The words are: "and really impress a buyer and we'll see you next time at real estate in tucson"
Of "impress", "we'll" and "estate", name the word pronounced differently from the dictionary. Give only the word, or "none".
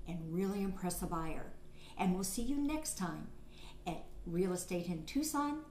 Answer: none